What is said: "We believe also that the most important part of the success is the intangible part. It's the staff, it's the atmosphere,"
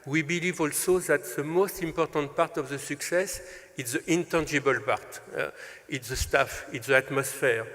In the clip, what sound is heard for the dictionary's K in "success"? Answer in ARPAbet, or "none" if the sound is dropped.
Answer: K